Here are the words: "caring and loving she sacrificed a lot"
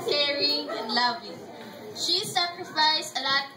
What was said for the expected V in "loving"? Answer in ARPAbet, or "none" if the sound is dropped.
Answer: V